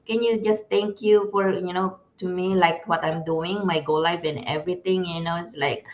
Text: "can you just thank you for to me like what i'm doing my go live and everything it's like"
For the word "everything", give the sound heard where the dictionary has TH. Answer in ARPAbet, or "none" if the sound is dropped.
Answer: T